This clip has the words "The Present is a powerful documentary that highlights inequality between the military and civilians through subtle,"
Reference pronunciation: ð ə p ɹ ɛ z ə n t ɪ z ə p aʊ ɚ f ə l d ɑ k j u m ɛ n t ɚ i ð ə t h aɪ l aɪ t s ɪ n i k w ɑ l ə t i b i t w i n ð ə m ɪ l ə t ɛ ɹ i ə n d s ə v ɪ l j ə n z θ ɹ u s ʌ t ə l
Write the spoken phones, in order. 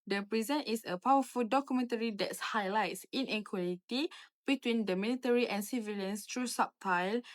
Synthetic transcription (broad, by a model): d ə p ɹ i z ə n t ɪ s ə p aʊ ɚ f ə l d ɑ k j u m ɛ n t ɚ i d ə t h aɪ l aɪ t s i n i k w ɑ l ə t i b i t w i n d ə m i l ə t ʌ ɹ i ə n s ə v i l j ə n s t ɹ u s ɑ t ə l